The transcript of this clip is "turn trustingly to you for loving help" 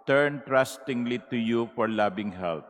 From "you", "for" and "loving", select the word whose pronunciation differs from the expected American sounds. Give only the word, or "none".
loving